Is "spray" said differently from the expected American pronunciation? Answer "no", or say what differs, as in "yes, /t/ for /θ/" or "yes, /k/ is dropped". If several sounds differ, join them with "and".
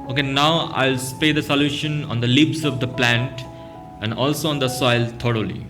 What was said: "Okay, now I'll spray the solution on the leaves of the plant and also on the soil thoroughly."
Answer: yes, /ɹ/ is dropped